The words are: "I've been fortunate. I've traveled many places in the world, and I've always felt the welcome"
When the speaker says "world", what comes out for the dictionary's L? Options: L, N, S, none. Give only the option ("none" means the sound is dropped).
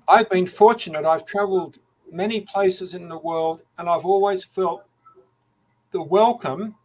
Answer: L